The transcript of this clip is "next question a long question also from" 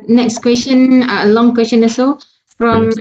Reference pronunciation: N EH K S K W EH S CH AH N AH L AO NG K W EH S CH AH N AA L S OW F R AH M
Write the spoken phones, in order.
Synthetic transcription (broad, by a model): N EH K S K W EH S CH AH N AH L AO NG K W EH S CH AH N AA S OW F R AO M